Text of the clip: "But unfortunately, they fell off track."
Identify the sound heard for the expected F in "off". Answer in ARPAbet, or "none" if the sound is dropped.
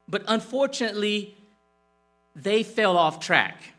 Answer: F